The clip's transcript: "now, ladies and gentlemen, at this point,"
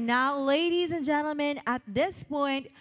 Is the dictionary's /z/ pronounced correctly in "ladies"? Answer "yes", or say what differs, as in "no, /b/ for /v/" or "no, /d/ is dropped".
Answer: yes